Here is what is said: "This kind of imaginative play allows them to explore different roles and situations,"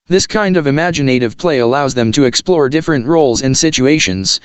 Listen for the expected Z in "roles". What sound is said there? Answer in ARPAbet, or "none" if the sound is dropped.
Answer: Z